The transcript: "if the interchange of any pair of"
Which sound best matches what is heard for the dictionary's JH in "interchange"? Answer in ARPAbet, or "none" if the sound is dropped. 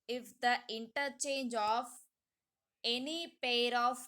JH